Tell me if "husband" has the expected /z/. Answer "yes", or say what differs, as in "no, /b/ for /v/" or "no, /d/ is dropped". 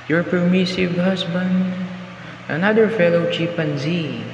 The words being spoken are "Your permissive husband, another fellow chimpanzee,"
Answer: no, /s/ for /z/